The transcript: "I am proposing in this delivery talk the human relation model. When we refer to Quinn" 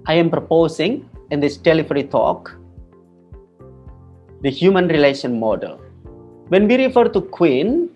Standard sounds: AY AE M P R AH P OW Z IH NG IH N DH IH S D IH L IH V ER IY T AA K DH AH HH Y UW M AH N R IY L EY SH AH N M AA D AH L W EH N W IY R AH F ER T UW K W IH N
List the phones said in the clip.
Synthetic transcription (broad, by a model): AY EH M P R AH P OW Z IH NG IH N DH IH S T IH L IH F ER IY T AA K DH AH HH Y UW M AH N R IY L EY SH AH N M AA D AH L W EH N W IY R AH F ER T UW K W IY N